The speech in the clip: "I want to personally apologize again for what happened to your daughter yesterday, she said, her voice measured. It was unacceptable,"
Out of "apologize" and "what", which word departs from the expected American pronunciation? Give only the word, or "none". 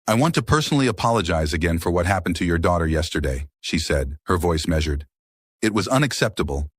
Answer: none